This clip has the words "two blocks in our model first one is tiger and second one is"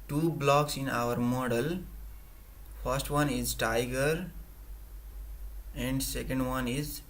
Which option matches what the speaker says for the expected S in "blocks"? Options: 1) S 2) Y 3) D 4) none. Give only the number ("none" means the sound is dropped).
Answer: 1